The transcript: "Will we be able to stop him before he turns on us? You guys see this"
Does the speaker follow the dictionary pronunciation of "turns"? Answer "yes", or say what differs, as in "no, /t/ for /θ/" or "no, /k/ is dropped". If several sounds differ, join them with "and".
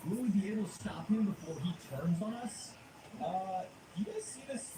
yes